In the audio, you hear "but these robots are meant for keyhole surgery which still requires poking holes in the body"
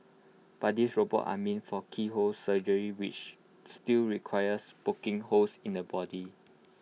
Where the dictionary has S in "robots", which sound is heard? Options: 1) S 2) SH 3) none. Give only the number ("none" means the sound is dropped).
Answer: 3